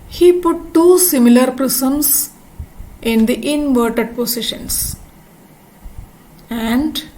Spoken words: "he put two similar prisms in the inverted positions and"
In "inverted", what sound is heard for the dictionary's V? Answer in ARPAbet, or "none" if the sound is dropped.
V